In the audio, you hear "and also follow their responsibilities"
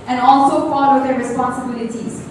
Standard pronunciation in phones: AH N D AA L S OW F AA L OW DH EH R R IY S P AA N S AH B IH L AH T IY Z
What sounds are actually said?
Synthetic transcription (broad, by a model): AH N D AA L S OW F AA W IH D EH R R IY S P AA N S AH B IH L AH T IY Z